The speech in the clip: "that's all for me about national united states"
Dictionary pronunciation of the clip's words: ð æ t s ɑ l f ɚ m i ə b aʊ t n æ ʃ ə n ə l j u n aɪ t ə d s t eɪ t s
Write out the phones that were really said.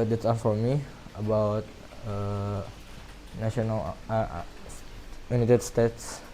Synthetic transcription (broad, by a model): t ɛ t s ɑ n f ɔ m i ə b aʊ t n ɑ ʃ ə n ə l j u n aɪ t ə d s t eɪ t s